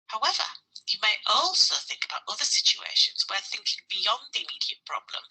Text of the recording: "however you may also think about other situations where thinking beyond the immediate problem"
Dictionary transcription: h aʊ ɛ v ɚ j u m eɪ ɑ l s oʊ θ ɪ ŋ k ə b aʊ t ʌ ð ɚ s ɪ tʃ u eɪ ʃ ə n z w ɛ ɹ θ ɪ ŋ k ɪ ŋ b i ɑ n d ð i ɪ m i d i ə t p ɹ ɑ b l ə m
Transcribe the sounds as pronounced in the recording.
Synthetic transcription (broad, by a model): h aʊ ɛ v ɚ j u m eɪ ɑ l s oʊ θ ɪ ŋ k ə b aʊ t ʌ ð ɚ s ɪ tʃ u eɪ ʃ ə n z w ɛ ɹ θ ɪ ŋ k ɪ ŋ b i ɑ n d ð i ɪ m i d i ə t p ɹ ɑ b l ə m